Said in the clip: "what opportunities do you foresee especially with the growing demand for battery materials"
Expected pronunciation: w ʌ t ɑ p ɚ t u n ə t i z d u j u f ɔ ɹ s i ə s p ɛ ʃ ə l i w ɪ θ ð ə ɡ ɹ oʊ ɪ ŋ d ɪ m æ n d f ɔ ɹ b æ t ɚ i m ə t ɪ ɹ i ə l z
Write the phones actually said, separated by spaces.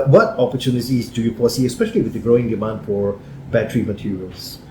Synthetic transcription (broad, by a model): w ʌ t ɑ p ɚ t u n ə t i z d u j u p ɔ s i ə s p ɛ ʃ ə l i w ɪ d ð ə ɡ ɹ oʊ ɪ ŋ d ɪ m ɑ n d f ɔ ɹ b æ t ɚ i m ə t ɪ ɹ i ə l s